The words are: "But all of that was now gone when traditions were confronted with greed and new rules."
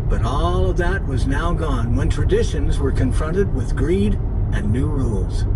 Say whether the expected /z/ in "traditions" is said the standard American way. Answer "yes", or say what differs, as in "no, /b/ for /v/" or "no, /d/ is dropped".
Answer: yes